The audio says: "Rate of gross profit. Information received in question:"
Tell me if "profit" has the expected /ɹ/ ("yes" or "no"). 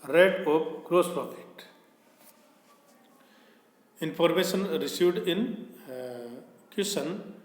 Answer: no